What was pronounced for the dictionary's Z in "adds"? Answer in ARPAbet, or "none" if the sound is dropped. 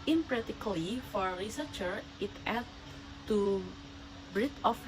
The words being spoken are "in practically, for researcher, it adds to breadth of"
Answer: none